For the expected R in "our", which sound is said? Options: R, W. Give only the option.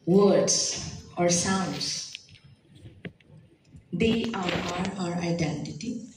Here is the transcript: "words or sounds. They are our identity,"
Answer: R